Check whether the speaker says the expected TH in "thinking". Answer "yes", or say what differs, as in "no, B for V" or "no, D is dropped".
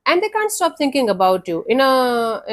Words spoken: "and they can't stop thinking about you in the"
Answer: no, T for TH